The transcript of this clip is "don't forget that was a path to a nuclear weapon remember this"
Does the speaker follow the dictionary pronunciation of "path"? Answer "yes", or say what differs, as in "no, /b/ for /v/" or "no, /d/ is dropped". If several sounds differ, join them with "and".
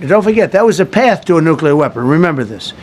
yes